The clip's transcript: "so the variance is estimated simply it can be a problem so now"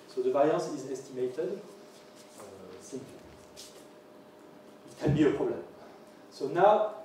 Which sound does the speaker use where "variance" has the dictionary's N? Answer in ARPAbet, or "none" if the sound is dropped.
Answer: none